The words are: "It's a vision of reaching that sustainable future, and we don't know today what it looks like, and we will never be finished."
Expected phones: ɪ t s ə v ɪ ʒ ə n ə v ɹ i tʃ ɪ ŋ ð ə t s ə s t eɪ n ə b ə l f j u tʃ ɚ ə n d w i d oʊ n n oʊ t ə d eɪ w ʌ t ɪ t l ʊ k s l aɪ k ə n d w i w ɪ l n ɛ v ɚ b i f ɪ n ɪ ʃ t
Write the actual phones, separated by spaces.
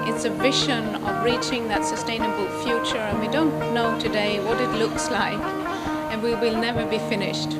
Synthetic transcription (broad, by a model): ɪ t s ə v ɪ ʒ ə n ə v ɹ i tʃ ɪ ŋ ð ə t s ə s t eɪ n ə b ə l f j u tʃ ɚ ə n w i d oʊ n n oʊ t ə d eɪ w ʌ t ɪ t l ʊ k s l aɪ k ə n w i w ɪ l n ɛ v ɚ b i f ɪ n ɪ ʃ t